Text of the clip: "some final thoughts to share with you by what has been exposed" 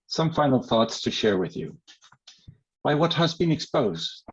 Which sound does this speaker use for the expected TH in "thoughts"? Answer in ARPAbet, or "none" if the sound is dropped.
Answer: TH